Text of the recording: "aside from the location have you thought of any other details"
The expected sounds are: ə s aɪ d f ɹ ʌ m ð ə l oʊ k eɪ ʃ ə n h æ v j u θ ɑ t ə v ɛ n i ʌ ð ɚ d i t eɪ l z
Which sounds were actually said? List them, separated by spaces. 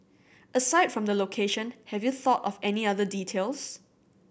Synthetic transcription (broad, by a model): ə s aɪ d f ɹ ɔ m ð ə l oʊ k eɪ ʃ ə n h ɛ v j u θ ɑ t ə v ɛ n i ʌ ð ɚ d i t eɪ l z